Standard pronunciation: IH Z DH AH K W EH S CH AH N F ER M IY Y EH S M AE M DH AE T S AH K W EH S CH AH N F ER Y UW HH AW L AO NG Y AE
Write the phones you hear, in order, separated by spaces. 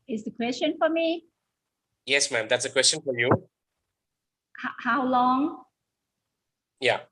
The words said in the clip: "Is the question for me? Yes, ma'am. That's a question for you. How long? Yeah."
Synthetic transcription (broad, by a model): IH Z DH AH K W EH S CH AH N F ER M IY Y EH S M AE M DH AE T S AH K W EH S CH AH N F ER Y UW HH AW L AO NG Y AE